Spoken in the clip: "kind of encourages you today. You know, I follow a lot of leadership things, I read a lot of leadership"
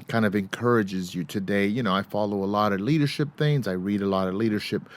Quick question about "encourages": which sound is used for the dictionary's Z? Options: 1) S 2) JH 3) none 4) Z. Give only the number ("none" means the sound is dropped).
4